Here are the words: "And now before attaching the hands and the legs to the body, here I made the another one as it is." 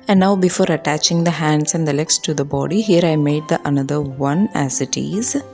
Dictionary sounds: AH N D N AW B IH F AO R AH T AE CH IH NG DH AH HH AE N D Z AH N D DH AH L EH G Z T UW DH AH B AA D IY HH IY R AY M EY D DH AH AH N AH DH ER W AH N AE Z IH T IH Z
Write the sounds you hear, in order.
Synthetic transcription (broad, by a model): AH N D N AW B IH F AO R AH T AE CH IH NG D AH HH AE N D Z AH N D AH L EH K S T UW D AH B AA D IY HH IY R AY M EY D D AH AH N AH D ER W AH N AE Z IH T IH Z